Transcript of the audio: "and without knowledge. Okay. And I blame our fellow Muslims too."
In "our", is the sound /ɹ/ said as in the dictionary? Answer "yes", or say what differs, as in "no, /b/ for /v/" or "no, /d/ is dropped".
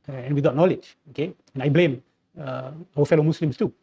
no, /w/ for /ɹ/